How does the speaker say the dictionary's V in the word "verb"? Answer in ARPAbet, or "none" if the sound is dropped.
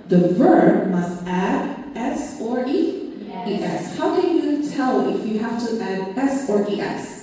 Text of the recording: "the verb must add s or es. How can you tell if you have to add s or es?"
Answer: V